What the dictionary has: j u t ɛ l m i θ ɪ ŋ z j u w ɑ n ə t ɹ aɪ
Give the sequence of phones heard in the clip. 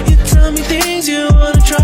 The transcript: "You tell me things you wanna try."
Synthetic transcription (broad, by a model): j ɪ t ɛ l m i θ ɪ ŋ z j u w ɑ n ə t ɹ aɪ